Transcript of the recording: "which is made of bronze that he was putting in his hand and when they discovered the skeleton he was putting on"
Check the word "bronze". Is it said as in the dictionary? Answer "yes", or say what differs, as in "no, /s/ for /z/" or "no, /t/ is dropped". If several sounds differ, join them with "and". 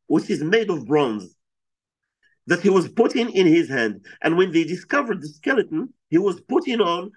yes